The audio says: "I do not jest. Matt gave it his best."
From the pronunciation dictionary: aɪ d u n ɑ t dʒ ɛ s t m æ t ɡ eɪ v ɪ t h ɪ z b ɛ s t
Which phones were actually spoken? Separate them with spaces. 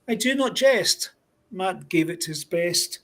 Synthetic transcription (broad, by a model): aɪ d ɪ n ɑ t dʒ ɛ s t m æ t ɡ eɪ v ɪ t h ɪ z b ɛ s t